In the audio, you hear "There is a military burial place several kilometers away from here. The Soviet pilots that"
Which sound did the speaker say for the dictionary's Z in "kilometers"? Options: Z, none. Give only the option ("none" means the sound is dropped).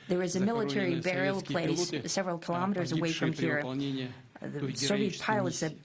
Z